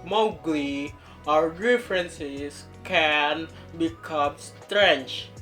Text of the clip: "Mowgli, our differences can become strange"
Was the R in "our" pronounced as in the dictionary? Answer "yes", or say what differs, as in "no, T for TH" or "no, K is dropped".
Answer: yes